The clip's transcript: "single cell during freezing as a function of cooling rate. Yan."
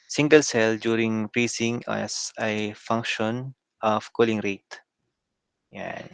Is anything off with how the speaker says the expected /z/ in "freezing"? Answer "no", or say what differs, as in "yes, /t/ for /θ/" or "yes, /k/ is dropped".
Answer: yes, /s/ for /z/